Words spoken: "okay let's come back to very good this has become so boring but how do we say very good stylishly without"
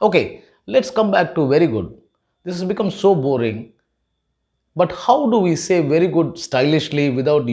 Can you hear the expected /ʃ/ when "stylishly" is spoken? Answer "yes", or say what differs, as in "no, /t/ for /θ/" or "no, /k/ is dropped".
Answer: yes